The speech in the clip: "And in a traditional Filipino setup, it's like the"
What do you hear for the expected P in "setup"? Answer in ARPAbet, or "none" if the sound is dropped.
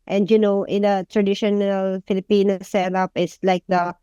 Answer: P